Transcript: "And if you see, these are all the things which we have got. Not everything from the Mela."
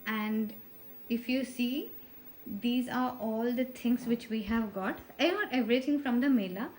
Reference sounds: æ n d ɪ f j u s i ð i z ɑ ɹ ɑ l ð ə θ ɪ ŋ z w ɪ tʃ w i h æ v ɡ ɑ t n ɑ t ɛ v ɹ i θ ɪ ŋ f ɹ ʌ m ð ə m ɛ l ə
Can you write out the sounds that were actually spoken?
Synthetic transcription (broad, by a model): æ n d ɪ f j u s i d i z ɑ ɹ ɑ l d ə t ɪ ŋ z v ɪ tʃ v i h æ v ɡ ɑ t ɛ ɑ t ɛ v ɹ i t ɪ ŋ f ɹ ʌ m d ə m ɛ l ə